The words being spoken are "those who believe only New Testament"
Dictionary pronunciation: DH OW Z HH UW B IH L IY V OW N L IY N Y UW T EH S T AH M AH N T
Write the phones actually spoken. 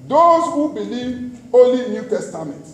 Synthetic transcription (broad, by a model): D OW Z HH UW B IH L IY V OW L IY N Y UW T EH S T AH M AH N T